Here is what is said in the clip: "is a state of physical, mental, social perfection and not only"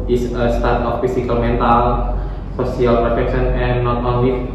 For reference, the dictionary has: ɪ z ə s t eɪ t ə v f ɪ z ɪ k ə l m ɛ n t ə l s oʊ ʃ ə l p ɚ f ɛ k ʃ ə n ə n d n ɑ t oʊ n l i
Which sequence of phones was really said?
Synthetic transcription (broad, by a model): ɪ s ə s t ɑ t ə f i s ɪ k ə l m ɛ n t ə l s oʊ s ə l p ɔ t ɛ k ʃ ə n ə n n ɑ t oʊ n l i